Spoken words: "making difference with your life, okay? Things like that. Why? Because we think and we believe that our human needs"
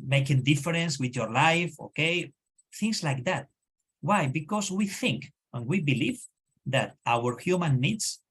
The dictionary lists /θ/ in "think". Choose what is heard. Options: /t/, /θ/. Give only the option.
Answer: /θ/